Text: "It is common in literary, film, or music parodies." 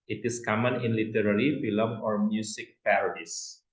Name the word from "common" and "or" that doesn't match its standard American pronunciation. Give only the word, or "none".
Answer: none